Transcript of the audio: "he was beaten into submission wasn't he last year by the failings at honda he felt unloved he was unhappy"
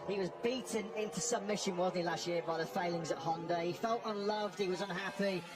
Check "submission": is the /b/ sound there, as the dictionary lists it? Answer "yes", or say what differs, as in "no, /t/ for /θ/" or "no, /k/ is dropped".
no, /b/ is dropped